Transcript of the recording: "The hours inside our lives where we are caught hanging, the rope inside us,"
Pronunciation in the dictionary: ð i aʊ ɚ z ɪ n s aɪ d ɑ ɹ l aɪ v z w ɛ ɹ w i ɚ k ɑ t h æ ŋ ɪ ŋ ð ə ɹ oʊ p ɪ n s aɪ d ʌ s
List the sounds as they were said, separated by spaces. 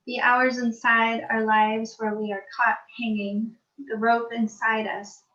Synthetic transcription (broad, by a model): ð i aʊ ɚ z ɪ n s aɪ d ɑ ɹ l aɪ v z w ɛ ɹ w i ɚ k ɑ t h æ ŋ ɪ ŋ ð ə ɹ oʊ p ɪ n s aɪ d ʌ s